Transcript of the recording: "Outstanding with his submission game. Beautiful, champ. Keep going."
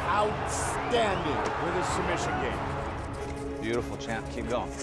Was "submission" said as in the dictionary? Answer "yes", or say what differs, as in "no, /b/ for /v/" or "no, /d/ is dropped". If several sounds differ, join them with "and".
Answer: no, /b/ is dropped